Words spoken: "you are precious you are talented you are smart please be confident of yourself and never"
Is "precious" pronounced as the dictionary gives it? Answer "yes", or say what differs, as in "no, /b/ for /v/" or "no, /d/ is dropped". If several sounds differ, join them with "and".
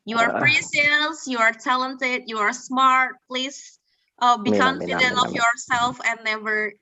no, /s/ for /ʃ/